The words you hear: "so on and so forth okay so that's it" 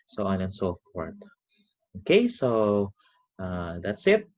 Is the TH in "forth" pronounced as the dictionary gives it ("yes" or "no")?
no